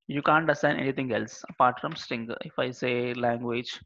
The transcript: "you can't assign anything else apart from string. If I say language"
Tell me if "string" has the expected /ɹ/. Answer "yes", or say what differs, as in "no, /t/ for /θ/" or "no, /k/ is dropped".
no, /ɹ/ is dropped